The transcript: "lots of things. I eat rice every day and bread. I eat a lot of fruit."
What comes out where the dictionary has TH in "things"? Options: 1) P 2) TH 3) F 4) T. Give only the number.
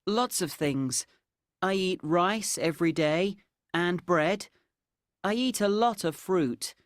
2